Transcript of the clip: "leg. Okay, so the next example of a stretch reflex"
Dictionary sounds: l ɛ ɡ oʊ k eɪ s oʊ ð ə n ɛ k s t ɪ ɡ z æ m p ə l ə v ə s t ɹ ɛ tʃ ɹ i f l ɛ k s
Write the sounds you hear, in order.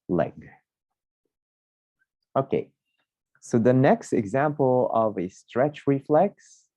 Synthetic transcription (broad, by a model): l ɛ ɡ oʊ k eɪ s oʊ ð ə n ɛ k s t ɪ ɡ z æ m p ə l ə v ə s t ɹ ɛ tʃ ɹ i f l ɛ k s